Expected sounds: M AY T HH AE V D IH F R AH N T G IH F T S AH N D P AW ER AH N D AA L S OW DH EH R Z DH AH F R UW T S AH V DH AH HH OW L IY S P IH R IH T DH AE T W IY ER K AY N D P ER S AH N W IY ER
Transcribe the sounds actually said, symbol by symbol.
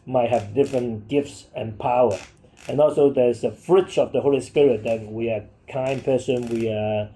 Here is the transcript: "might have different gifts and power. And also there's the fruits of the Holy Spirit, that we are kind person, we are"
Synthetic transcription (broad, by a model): M AY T HH AE V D IH F R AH N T G IH F T S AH N P AW ER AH N AA L S OW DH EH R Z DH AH F R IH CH AH V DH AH HH OW L IY S P IH R IH T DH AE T W IY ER K AY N P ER S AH N W IY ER